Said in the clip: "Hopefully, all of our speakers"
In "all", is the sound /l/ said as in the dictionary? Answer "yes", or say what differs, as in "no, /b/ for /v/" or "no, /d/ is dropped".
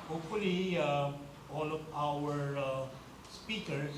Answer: yes